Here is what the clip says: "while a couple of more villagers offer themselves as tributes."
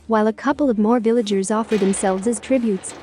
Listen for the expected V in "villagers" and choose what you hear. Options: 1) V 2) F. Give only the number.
1